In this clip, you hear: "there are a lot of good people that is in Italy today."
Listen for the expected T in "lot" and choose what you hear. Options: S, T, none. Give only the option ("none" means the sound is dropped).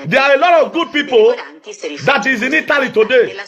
T